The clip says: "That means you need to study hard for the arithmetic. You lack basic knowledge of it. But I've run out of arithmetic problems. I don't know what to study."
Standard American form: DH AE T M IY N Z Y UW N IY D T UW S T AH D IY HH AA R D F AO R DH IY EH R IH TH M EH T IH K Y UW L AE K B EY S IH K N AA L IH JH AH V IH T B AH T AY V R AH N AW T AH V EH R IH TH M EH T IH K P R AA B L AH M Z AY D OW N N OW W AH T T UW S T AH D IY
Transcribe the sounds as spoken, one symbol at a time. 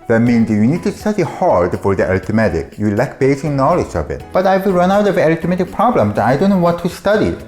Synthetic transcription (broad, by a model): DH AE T M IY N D Y UW N IY D T UW S T AH D IY HH AA R D F AO R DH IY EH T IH M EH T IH K Y UW L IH K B EY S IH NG N AA L IH JH AH V IH T B AH T AY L R AH N AW T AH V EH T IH M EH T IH K P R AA B L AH M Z AY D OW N N OW W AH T T UW S T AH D IY